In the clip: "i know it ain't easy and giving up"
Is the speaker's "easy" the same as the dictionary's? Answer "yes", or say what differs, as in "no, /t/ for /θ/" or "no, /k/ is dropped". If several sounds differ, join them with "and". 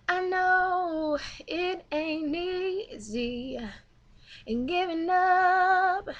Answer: yes